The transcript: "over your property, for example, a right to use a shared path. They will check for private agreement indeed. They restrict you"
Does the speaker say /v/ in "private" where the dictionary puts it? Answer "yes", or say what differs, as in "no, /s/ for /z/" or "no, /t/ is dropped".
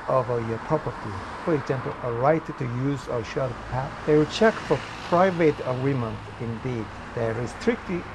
yes